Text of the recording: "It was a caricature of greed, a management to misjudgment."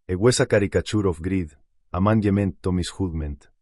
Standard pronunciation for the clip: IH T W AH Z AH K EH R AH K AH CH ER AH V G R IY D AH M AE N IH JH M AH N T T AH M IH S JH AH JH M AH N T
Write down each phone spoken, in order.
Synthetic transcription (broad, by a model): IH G W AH S AH K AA R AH K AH CH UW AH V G R IY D AH M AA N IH M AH N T T AH M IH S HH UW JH M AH N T